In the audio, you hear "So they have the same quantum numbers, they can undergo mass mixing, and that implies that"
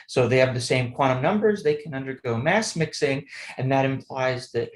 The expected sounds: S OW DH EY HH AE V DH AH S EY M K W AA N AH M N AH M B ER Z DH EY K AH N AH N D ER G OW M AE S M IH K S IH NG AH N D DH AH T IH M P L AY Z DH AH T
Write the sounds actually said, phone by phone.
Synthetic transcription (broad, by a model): S OW DH EY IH V DH AH S EY M K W AA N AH M N AH M B ER Z DH EY K AH N AH N D ER G OW M AE S M IH K S IH NG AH N DH AH T IH M P L AY Z DH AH T